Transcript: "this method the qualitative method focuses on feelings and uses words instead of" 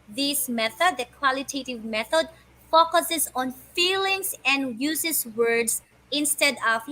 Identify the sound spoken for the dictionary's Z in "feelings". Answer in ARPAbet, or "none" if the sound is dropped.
S